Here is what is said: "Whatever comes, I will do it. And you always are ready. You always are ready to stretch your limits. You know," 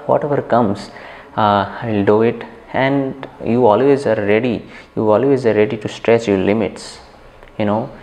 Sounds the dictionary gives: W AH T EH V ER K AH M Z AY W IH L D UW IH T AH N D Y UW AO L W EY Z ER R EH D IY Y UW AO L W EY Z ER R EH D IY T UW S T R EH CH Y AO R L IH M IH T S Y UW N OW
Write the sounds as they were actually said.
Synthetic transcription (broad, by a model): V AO T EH V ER K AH M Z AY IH L D UW IH T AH N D Y UW AO L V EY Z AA R EH D IY Y UW AO L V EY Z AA R EH D IY T UW S T R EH S Y AO R L IH M IH T S Y UW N OW